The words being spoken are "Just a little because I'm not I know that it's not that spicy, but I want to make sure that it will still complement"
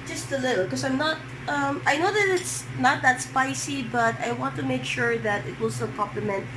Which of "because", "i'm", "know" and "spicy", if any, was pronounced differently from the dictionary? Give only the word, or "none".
because